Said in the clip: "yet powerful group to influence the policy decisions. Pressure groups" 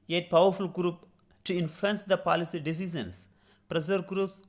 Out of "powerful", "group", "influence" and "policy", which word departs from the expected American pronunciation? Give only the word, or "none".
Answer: influence